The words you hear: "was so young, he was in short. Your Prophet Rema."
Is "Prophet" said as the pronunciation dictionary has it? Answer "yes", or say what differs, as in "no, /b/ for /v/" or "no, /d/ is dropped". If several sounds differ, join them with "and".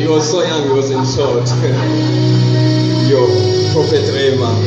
no, /ɹ/ is dropped